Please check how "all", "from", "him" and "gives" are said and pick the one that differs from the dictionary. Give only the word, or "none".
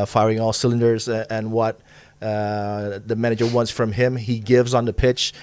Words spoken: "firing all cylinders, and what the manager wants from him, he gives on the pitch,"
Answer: none